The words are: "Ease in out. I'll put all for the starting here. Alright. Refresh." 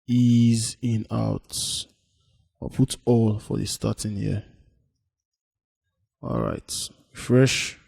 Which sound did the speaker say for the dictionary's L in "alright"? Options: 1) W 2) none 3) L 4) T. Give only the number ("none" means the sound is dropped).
3